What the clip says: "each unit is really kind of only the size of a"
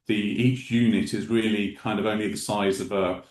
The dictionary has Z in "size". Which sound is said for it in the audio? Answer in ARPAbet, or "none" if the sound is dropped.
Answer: Z